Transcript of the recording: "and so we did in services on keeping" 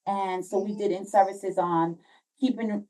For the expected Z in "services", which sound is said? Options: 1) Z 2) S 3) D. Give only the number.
1